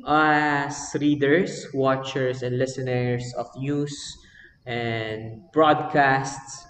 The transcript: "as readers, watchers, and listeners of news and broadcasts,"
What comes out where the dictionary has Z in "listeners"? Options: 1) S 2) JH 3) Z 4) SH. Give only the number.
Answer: 1